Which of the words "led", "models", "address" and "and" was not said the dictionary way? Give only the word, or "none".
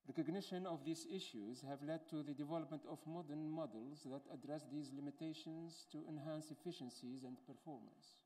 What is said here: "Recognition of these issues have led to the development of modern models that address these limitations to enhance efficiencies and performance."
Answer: none